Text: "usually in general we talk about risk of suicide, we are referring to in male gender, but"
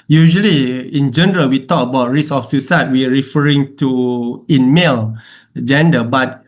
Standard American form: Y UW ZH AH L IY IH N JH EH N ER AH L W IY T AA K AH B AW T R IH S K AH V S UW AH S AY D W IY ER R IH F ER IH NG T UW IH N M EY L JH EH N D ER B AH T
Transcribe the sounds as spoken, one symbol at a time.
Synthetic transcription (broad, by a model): Y UW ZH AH L IY IH N JH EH N ER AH L W IY T AA K AH B AW T R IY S AH F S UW S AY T W IY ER R IH F ER IH NG T UW IH N M EY L JH EH N D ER B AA T